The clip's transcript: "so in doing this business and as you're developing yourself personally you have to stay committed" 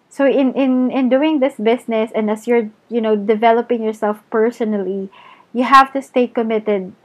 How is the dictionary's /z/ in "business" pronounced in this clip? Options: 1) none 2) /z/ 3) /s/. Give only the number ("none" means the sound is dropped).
3